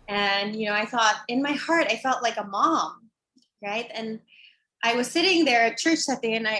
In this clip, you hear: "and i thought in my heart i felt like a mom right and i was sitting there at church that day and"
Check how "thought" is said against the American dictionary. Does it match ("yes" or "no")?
yes